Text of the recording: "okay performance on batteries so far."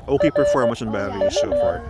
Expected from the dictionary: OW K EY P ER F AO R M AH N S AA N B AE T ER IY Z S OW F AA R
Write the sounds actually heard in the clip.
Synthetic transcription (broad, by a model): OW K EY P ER F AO R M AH S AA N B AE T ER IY S OW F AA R